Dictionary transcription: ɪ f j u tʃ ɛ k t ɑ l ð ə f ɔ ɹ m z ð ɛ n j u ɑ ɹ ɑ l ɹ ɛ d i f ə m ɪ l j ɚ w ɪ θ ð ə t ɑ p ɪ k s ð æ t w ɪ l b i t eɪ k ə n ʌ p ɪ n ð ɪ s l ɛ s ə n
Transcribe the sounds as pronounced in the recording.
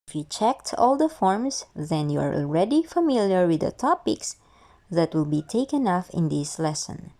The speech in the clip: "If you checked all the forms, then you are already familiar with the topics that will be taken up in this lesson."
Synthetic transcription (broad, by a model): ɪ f j u tʃ ɛ k t ɑ l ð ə f ɔ ɹ m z ð ɛ n j u ɑ ɹ ɑ l ɹ ɛ d i f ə m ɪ l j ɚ w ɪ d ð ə t ɑ p ɪ k s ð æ t w ɪ l b i t eɪ k ə n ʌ f ɪ n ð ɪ s l ɛ s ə n